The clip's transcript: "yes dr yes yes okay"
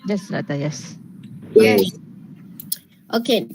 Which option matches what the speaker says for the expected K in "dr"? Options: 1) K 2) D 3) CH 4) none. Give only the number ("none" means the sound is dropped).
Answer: 4